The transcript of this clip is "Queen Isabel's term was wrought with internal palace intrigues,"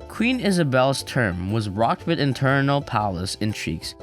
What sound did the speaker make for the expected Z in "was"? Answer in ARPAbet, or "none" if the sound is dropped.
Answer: Z